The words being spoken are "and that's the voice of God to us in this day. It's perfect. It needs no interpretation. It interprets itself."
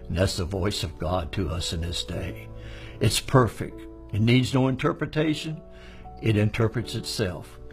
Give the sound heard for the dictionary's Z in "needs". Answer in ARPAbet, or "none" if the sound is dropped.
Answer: Z